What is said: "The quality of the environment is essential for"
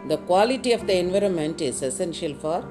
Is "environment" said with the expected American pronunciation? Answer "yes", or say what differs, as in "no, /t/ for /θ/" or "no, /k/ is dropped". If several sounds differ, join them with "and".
yes